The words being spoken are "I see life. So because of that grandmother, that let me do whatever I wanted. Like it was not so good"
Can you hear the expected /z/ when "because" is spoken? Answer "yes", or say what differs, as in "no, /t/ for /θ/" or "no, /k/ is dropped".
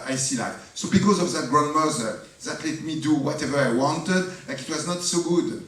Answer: yes